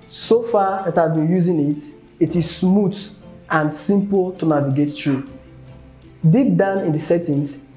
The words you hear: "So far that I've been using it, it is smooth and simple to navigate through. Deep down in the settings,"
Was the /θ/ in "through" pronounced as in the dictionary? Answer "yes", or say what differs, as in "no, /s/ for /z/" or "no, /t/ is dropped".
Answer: no, /t/ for /θ/